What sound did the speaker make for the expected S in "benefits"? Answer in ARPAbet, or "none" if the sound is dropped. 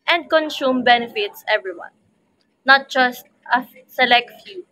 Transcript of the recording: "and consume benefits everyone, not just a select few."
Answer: S